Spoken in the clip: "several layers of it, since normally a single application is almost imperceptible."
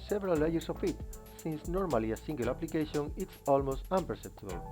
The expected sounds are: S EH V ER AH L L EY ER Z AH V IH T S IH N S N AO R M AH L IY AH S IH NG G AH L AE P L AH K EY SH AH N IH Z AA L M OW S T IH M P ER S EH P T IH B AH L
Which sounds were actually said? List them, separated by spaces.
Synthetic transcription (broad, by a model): S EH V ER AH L L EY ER S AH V IH T S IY N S N AO R M AH L IY AH S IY NG G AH L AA P L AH K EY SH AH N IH S AA L M OW S T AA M P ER S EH P T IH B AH L